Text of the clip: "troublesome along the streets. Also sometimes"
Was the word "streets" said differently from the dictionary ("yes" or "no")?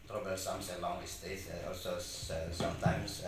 yes